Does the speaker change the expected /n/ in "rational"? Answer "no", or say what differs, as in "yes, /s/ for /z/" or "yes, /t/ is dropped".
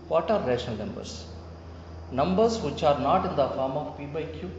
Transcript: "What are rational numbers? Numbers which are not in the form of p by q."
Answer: yes, /n/ is dropped